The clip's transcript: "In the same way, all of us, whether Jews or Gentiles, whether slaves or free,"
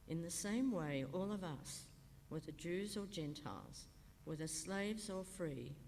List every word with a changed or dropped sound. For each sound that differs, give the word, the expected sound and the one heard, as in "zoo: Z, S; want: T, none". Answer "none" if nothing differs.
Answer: none